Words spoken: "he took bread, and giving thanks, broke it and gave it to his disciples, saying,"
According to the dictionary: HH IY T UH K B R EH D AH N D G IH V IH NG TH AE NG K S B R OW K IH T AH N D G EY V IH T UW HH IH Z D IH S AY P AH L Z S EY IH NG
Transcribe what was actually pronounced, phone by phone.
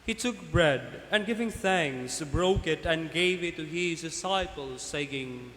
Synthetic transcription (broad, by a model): HH IY T UH K B R EH D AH N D G IH V IH NG TH AE NG K S B R OW K IH T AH N G EY V IH T UW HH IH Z D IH S AY P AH L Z S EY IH NG